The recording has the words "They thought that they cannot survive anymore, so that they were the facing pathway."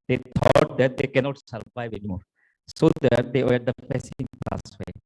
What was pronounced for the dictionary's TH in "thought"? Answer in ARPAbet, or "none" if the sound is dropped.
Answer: T